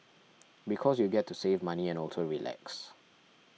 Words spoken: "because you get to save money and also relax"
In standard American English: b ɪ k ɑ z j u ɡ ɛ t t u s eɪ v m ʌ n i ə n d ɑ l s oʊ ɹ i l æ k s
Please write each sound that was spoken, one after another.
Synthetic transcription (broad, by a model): b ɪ k ɑ s j u ɡ ɛ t t u s eɪ v m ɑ n i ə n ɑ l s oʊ ɹ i l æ k s